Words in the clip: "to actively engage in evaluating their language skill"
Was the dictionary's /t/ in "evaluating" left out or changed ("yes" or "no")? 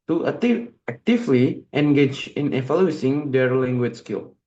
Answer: yes